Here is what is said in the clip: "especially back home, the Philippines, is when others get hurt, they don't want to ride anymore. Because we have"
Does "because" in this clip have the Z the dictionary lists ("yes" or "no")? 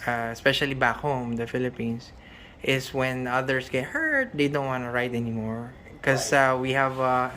no